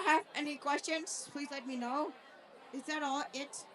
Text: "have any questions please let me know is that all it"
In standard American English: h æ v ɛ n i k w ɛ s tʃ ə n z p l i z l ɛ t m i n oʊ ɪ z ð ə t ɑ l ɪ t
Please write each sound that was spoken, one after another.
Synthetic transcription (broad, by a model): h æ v ɛ n i k w ɛ s tʃ ə n z p l i z l ɛ t m i n oʊ ɪ z ð ə t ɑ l ɪ t